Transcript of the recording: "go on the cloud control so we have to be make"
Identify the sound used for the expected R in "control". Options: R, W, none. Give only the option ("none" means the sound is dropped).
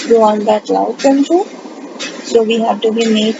none